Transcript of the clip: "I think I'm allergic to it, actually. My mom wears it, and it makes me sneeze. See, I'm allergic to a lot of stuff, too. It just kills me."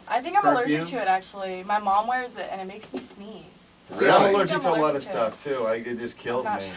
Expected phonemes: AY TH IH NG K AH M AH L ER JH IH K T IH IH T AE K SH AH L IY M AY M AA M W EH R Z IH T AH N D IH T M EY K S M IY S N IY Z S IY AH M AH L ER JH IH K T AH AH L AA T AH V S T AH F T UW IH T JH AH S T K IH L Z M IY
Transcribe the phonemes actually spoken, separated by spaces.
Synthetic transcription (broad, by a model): AY TH IH NG K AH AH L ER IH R T IH IH T AE K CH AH L IY M AY M AA M W EH R Z IH T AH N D IH T M EY K S M IY S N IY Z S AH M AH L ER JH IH T AH AH L AA T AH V S T AH F T UW IH T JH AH S K IH L Z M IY